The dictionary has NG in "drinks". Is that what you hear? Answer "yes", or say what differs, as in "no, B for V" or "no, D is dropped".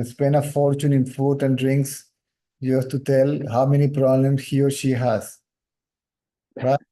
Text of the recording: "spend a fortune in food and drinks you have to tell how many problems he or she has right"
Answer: yes